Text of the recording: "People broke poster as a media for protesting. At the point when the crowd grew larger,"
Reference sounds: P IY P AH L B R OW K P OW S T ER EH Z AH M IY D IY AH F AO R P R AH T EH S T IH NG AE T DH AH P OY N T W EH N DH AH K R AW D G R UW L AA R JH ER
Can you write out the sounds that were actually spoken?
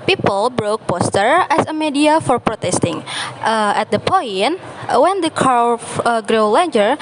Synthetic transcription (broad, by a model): P IY P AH L B R OW K P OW S T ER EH S AH M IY D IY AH F AO R P R AH T EH S T IH NG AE T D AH P OY N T W EH N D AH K AW G R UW L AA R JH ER